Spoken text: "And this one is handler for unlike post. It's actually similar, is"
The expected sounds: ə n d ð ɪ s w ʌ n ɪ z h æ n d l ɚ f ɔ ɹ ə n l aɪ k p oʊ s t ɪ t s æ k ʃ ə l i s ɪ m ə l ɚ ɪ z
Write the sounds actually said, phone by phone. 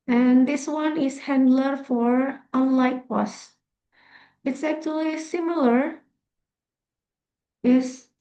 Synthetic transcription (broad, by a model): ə n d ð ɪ s w ʌ n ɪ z h æ n d l ɚ f ɔ ɹ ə n l aɪ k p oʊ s ɪ t s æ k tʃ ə l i s ɪ m ə l ɚ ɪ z